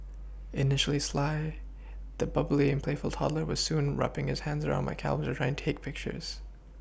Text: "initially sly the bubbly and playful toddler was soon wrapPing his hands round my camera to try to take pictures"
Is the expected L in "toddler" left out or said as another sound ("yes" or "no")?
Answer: no